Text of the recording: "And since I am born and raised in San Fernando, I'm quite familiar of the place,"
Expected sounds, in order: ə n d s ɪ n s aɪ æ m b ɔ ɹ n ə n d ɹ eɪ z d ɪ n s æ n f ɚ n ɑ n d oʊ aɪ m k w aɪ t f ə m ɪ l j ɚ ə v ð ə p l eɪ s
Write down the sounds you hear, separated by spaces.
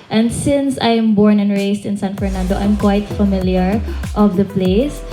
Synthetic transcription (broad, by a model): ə n d s ɪ n s aɪ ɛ m b ɔ ɹ n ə n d ɹ eɪ s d ɪ n s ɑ n f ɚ n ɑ n d oʊ aɪ m k w aɪ t f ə m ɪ l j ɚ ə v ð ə p l eɪ s